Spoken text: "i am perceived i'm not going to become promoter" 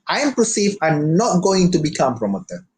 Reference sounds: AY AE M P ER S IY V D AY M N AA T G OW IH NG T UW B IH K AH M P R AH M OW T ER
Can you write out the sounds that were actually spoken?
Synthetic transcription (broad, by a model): AY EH M P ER S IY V AY M N AA T G OW IH NG T UW B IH K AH M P R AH M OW T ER